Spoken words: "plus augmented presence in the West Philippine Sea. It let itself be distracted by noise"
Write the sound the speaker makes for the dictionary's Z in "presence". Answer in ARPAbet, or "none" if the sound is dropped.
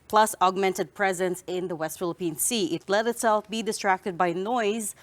Z